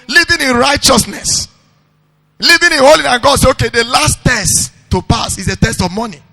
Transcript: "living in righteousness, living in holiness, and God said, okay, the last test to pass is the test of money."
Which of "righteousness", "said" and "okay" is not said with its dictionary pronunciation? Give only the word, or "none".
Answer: said